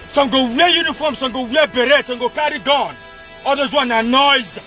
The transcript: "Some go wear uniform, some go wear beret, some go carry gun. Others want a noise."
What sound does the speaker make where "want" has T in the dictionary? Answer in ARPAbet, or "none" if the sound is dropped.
none